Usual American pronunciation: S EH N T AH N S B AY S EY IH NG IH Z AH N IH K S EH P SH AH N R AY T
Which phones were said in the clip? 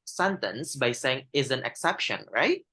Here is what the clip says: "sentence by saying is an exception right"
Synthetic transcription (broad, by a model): S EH N T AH N S B AY S EY IH NG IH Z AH N IH K S EH P SH AH N R AY T